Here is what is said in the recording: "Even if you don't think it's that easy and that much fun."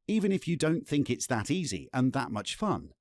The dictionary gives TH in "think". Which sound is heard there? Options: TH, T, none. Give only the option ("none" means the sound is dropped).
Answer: TH